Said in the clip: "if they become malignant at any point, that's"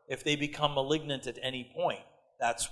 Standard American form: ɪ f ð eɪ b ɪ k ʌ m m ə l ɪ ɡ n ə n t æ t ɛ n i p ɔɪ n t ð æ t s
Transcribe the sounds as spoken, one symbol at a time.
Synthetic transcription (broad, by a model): ɪ f ð eɪ b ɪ k ʌ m m ə l ɪ ɡ n ə n t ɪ t ɛ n i p ɔɪ n t ð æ t s